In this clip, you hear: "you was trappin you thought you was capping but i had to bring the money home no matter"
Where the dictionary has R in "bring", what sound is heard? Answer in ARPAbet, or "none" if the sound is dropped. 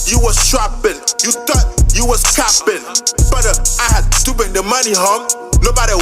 none